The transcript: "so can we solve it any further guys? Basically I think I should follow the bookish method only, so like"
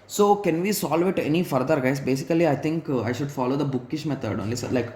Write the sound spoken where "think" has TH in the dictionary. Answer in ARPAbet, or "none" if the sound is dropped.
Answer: T